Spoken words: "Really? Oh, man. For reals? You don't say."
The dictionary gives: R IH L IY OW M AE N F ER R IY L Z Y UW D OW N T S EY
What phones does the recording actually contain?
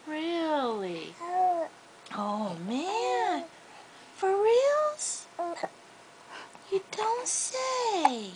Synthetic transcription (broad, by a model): R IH L IY OW M AE N F ER R IY L Z Y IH D OW N T S EY